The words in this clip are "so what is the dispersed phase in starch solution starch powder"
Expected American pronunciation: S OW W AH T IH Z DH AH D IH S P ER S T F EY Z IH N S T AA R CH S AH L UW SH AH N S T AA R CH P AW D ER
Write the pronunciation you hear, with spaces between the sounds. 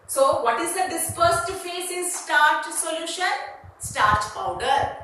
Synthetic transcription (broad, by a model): S OW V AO T IH Z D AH D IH S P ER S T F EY S IH N S T AA R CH S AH L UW SH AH N S T AA R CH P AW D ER